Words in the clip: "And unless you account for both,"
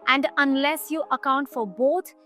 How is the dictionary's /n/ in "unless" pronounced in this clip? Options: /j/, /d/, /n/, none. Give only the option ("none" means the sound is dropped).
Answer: /n/